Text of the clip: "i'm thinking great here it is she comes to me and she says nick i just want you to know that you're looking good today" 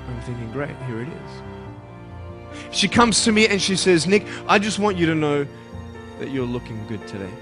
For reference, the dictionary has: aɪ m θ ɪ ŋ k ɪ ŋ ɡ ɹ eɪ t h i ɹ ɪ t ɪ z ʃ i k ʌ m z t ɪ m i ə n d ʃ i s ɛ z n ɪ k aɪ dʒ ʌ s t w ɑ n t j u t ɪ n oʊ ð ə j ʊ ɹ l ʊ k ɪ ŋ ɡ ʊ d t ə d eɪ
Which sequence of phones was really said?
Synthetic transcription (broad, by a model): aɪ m θ ɪ ŋ k ɪ ŋ ɡ ɹ eɪ t h i ɹ ɪ t ɪ z ʃ i k ʌ m z t ɪ m i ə n ʃ i s ɛ z n ɪ k aɪ dʒ ʌ s t w ɑ n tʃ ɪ t ɪ n oʊ ð ə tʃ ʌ ɹ l ʊ k ɪ ŋ ɡ ʊ d t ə d eɪ